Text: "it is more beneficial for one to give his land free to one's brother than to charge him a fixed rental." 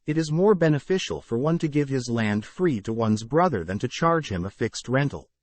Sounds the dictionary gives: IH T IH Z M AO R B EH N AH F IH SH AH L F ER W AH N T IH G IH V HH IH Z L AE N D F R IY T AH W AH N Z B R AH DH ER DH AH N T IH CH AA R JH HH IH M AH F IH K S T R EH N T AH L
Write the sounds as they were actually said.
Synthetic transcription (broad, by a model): IH T IH Z M AO R B EH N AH F IH SH L F ER W AH N T IH G IH V IH Z L AE N D F R IY T AH W AH N Z B R AH DH ER DH AH N T IH CH AA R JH HH IH M AH F IH K S T R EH N T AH L